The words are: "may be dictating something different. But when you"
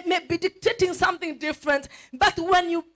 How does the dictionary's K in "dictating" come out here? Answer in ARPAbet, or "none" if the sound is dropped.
K